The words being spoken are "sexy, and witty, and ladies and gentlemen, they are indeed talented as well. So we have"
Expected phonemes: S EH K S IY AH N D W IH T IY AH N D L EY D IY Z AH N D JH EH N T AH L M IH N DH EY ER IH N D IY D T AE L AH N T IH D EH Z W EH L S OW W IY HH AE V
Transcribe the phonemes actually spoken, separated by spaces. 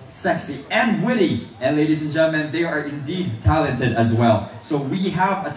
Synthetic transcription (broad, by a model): S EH K S IY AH N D W IH T IY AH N L EY D IY Z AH N JH EH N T L M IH N DH EY ER IH N D IY D T AE L AH N T IH D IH Z W EH L S OW W IY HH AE V